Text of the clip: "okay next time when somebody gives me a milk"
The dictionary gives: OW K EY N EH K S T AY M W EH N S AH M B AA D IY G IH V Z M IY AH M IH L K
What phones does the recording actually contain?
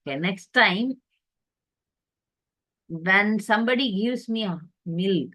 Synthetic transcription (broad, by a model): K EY N EH K S T AY M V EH N S AH M B AA D IY G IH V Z M IY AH M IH L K